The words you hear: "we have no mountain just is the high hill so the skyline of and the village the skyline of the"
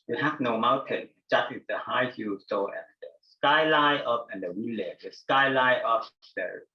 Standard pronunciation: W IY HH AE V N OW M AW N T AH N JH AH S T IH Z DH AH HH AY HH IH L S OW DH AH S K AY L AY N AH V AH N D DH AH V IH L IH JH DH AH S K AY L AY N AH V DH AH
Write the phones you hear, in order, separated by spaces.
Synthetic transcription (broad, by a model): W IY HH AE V N OW M AW N T AH N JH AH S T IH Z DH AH HH AY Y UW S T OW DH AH S K AY L AY AH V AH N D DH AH W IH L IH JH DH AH S K AY L AY AH P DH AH